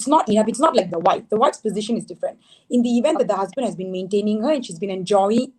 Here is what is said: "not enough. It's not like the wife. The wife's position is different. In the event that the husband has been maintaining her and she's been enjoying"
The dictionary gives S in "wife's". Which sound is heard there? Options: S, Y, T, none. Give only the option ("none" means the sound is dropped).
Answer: S